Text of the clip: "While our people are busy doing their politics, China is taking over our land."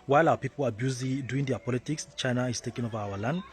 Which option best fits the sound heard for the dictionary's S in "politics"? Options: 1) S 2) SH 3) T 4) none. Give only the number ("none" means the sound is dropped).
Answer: 1